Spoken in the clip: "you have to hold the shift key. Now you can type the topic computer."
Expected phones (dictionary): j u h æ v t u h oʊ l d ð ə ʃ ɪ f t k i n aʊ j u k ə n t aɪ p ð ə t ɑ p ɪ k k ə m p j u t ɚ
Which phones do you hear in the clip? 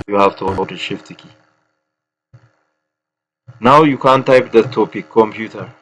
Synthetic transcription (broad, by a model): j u h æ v t u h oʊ d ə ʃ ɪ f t k i n aʊ j u k ə n t aɪ p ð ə t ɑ p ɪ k k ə m p j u t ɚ